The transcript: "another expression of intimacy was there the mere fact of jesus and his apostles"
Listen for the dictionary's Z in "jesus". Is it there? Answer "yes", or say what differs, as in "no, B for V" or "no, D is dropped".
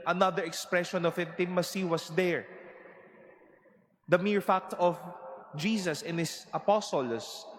no, S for Z